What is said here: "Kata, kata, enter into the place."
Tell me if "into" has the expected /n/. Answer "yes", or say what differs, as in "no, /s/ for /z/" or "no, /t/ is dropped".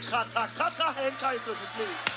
no, /n/ is dropped